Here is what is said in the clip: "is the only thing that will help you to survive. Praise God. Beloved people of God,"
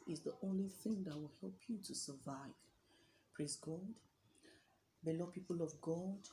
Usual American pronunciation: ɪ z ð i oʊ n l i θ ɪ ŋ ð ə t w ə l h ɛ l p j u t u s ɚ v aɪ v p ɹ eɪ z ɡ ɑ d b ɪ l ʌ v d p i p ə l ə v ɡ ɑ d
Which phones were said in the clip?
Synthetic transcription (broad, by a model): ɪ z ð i oʊ n l i θ ɪ ŋ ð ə t w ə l h ɛ l p j u t u s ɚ v aɪ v p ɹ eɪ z ɡ ɑ d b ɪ l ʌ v p i p ə l ə v ɡ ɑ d